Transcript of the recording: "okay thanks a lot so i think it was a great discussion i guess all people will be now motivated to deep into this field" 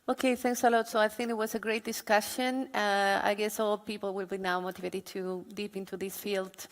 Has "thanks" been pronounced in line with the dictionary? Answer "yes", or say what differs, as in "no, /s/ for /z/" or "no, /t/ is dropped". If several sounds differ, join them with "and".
yes